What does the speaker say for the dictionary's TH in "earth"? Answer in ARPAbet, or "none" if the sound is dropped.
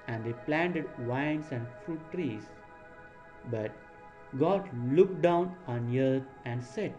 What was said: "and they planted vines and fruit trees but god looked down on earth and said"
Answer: T